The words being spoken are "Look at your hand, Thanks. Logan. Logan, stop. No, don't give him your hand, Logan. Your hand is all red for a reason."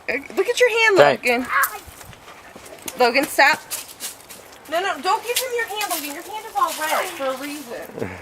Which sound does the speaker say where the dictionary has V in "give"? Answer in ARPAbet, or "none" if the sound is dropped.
P